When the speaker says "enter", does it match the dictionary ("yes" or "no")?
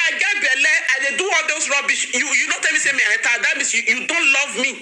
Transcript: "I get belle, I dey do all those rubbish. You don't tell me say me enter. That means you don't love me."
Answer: no